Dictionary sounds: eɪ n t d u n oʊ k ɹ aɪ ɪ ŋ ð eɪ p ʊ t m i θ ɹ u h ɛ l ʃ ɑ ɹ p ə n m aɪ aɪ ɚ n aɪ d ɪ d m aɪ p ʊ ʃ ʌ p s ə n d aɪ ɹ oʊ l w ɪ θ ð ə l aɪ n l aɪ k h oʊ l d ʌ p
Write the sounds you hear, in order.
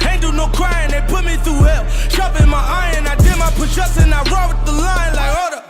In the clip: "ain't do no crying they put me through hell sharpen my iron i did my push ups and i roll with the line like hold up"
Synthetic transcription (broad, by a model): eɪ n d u n oʊ k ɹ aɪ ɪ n ð eɪ p ʊ t m i θ ɹ u h ɛ l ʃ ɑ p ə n m aɪ aɪ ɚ n aɪ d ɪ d m aɪ p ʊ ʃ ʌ s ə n aɪ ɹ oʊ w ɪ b ð ə l aɪ n l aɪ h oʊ d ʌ